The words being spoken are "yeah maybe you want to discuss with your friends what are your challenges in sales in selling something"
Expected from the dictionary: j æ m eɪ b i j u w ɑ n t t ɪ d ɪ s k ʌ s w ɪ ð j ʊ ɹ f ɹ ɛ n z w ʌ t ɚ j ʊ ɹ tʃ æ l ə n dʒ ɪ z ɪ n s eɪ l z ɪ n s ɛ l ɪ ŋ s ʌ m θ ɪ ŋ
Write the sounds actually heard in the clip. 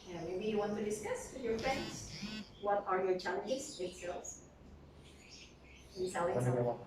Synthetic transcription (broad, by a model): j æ m eɪ b i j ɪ w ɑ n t t ɪ d ɪ s k ʌ s w ɪ ð j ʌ ɹ f ɹ ɛ n z w ʌ t ɚ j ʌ ɹ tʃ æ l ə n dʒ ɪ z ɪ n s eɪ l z ɪ n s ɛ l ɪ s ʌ